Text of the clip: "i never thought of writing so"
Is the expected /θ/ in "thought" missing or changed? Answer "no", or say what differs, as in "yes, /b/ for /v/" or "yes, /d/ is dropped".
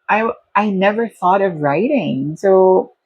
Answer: no